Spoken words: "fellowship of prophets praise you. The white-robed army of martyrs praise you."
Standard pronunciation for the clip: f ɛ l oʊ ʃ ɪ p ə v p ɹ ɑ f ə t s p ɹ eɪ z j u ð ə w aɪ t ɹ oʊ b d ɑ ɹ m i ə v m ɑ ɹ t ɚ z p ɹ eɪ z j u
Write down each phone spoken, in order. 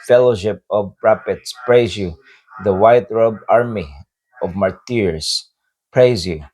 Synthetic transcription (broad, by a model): f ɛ l oʊ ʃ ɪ p ə v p ɹ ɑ p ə t s p ɹ eɪ z j u ð ə w aɪ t ɹ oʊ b ɑ ɹ m i ə v m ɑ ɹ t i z p ɹ eɪ z j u